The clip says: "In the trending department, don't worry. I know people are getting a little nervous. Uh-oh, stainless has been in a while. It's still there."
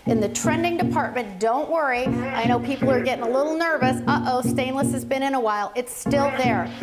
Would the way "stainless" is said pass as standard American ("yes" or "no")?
yes